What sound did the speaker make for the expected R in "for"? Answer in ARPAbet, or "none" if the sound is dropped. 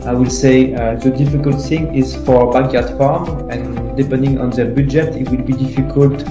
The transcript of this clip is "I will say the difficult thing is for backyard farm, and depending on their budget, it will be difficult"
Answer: R